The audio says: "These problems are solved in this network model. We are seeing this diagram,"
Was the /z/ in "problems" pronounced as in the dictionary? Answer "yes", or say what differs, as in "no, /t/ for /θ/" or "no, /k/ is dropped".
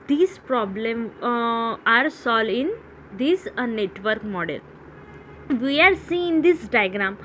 no, /z/ is dropped